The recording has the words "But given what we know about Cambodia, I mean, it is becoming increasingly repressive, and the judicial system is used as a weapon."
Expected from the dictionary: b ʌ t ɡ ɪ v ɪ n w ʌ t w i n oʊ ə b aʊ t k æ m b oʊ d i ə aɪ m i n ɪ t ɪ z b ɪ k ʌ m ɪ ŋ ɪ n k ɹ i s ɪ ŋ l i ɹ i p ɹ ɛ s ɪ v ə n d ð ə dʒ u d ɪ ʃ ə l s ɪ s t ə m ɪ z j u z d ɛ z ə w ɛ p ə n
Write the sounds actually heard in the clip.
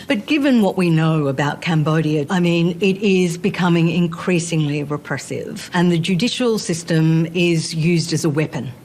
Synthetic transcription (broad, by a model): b ʌ t ɡ ɪ v ɪ n w ʌ t w i n oʊ ə b aʊ t k æ m b oʊ d i ə aɪ m i n ɪ t ɪ z b ɪ k ʌ m ɪ ŋ ɪ n k ɹ i s ɪ ŋ l i ɹ i p ɹ ɛ s ɪ v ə n ð ə dʒ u d ɪ ʃ l s ɪ s t ə m ɪ z j u z d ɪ z ə w ɛ p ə n